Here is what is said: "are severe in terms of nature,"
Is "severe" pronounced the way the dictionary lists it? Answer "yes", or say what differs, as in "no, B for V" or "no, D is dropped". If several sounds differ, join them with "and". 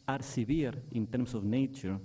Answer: no, B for V